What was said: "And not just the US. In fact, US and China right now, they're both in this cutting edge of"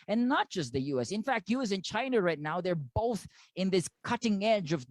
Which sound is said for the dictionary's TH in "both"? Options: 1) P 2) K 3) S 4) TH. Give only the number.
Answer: 4